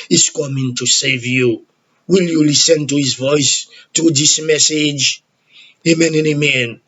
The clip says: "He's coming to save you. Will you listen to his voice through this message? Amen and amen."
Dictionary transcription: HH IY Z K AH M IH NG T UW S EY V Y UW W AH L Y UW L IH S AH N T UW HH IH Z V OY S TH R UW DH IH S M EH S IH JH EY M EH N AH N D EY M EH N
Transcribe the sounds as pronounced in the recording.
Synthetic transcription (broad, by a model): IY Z K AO M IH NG T UW S EY V Y UW W AH L Y UW L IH S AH N T UW HH IH Z V OY S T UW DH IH S M EH S IH JH EY M EH N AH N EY M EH N